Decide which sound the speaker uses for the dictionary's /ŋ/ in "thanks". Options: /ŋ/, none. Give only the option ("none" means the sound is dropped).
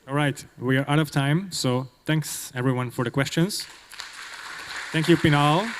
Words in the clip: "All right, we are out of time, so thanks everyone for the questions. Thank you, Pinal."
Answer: /ŋ/